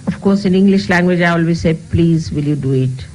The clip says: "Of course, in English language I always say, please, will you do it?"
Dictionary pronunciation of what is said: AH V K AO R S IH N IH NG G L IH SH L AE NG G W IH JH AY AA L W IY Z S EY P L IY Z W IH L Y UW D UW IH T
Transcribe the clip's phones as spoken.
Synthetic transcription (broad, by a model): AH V K AO R S IH N IH NG G L IH SH L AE NG G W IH JH AY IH L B IY S EY P L IY Z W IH L Y UW D UW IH T